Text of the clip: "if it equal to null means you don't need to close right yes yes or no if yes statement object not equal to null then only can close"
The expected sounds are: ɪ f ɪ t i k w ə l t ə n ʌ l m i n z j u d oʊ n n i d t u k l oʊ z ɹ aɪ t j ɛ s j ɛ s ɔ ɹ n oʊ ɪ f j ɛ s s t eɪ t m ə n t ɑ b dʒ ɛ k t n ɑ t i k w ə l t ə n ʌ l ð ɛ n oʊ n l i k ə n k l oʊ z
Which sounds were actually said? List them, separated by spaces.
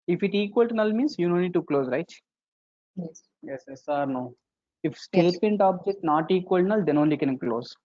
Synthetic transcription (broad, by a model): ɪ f ɪ t i k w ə l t n ʌ l m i n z j u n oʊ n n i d t u k l oʊ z ɹ aɪ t j ɛ s j ɛ s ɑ ɹ n oʊ ɪ f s s t eɪ t m ə n t ɑ b dʒ ɛ k t n ɑ t i k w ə l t n ʌ l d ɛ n oʊ n l i k ə n k l oʊ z